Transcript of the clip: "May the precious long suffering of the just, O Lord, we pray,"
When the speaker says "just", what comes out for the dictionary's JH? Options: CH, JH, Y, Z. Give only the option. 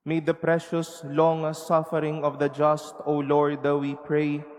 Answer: JH